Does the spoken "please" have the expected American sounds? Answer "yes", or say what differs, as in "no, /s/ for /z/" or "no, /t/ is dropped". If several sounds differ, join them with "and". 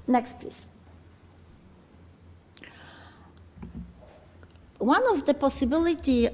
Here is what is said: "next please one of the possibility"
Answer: no, /s/ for /z/